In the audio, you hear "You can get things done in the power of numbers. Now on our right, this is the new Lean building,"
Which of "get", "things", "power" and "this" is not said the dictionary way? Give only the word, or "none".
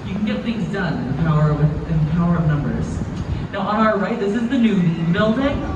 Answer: none